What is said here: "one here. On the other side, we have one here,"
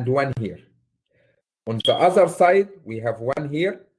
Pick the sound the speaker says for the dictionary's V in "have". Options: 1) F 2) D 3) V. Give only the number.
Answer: 3